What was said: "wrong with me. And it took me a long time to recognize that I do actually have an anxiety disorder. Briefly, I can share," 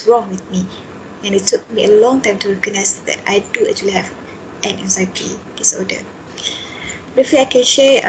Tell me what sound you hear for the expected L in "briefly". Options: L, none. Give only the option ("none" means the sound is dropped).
none